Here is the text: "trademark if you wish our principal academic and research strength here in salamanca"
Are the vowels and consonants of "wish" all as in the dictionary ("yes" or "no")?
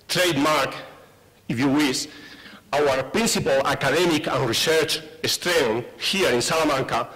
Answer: no